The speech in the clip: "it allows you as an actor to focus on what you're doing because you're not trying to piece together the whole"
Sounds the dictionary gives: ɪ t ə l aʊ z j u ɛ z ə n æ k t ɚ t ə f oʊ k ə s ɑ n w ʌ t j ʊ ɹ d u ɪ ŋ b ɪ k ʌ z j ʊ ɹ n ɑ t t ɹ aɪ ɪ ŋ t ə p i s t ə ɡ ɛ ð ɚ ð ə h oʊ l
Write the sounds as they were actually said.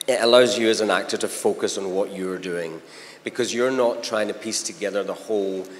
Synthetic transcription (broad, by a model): ɪ t ə l aʊ z j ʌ z ə n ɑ k t ɚ t ə f oʊ k ə s n w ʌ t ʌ ɹ d u ɪ ŋ b ɪ k ʌ z j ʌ ɹ n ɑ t t ɹ aɪ ɪ ŋ t ə p i s t ə ɡ ɛ ð ɚ ð ə h oʊ l